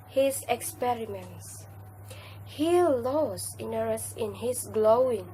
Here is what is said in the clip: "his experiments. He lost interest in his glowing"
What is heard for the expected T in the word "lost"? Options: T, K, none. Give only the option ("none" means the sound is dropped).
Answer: none